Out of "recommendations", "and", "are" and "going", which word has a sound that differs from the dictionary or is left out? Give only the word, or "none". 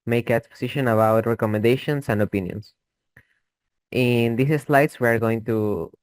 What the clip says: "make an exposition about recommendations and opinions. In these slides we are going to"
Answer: recommendations